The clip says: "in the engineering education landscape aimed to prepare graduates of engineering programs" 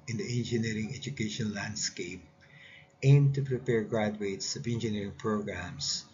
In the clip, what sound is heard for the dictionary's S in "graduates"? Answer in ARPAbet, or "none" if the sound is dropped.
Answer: S